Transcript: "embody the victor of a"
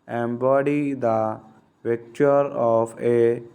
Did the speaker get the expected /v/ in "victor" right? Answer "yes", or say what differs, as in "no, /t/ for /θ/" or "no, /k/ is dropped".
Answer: no, /p/ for /v/